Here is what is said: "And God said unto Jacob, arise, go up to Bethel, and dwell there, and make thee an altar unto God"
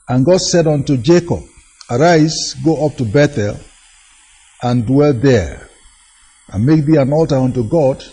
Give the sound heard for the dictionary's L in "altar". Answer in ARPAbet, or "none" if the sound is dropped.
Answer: L